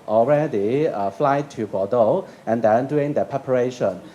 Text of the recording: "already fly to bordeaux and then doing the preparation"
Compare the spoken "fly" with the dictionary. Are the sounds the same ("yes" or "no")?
yes